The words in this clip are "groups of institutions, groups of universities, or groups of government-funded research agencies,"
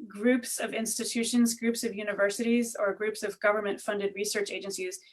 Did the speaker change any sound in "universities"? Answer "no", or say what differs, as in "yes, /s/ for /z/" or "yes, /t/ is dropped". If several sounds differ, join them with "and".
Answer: no